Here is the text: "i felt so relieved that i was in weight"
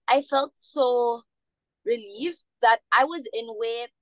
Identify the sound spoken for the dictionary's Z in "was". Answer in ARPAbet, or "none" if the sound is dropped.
Z